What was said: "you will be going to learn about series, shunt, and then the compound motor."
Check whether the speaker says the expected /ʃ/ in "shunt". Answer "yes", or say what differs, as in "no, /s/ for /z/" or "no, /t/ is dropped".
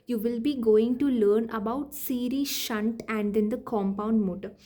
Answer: yes